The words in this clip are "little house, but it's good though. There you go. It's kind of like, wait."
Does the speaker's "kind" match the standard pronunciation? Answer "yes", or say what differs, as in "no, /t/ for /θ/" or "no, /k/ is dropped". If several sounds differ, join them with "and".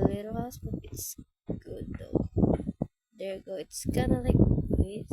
no, /d/ is dropped